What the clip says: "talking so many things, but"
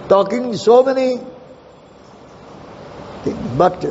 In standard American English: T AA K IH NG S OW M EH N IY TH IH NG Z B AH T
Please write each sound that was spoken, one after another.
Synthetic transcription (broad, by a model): T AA K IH NG S OW M EH N IY T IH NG B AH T